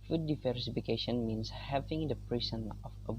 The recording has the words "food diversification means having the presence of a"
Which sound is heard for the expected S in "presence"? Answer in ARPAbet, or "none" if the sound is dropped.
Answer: none